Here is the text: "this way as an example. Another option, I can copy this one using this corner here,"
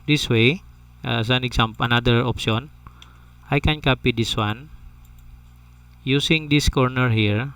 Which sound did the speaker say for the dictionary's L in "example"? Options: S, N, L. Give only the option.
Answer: N